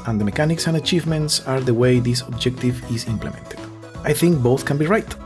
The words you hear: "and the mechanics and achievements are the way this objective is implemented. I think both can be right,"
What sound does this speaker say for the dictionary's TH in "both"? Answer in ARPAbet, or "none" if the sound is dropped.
TH